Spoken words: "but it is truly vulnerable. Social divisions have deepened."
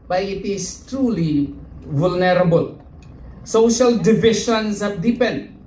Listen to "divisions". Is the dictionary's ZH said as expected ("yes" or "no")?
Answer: no